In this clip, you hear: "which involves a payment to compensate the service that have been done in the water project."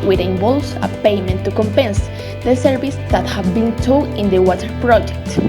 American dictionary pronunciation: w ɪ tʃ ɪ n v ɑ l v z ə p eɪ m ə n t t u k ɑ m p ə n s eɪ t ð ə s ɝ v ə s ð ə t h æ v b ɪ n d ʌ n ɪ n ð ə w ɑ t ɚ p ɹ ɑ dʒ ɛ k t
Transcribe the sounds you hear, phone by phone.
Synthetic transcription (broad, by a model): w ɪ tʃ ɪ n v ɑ l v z ə p eɪ m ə n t t u k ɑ m p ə n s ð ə s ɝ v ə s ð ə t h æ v b ɪ n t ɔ ɪ n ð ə w ɑ t ɚ p ɹ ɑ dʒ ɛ k t